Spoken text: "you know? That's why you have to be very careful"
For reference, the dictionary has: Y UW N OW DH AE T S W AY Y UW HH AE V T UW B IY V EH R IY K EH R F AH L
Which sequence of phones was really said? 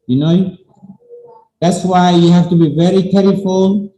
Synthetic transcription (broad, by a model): Y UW N OW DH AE T S W AY Y UW HH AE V T UW B IY V EH R IY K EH R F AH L